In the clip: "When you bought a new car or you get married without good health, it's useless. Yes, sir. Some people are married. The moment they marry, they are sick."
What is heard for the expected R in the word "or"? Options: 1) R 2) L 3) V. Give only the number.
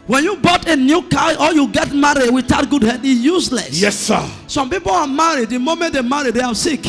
2